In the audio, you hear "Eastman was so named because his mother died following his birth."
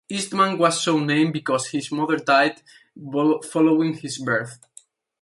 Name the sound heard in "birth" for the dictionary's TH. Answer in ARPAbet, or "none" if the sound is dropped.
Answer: TH